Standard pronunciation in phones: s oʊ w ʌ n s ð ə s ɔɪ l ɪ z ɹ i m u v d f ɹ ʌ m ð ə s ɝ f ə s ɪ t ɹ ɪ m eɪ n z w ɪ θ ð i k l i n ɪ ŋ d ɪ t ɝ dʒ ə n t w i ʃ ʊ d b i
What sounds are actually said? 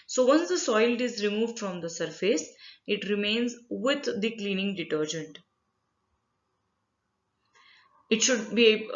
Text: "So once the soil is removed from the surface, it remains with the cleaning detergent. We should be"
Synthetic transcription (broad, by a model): s oʊ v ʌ n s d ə s ɔɪ l ɪ z ɹ i m u v d f ɹ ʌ m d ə s ɝ f ə s ɪ t ɹ ɪ m eɪ n z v ɪ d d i k l i n ɪ ŋ d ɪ t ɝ dʒ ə n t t ʃ ʊ d b i